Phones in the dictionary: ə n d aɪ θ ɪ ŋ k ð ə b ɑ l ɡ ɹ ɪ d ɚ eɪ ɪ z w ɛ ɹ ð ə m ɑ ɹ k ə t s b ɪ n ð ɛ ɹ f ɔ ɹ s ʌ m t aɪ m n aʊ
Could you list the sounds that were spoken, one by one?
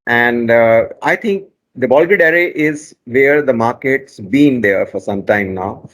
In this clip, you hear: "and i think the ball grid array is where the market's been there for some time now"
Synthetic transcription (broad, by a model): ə n d aɪ t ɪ ŋ k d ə b ɑ l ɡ ɪ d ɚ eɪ ɪ z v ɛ ɹ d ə m ɑ ɹ k ə t s b ɪ n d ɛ ɹ f ɔ ɹ s ʌ m t aɪ m n aʊ